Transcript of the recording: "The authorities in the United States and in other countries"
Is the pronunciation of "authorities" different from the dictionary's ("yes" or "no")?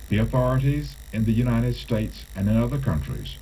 no